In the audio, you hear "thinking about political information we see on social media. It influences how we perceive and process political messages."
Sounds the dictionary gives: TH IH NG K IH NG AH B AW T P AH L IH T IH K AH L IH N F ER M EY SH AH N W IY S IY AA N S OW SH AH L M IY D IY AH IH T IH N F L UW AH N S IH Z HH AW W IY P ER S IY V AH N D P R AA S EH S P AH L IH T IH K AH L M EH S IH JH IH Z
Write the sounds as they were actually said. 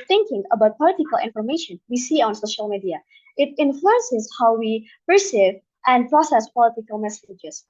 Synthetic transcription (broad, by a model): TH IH NG K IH NG AH B AW T P AH L IH T IH K AH L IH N F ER M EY SH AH N W IY S IY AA N S OW SH AH L M IY D IY AH IH T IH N F L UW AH N S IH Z HH AW W IY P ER S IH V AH N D P R AA S EH S P AH L IH T IH K AH L M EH S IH JH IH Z